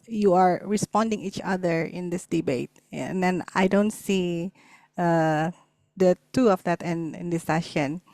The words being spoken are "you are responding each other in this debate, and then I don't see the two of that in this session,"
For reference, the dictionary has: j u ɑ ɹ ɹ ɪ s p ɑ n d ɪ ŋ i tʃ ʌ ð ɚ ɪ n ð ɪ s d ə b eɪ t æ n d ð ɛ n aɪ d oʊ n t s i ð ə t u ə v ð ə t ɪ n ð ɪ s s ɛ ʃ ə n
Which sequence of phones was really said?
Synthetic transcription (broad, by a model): j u ɑ ɹ ɹ ɪ s p ɑ n d ɪ ŋ i tʃ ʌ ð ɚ ɪ n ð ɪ s d ə b eɪ t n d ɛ n aɪ d oʊ n t s i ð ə t u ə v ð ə t ɪ n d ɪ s s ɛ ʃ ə n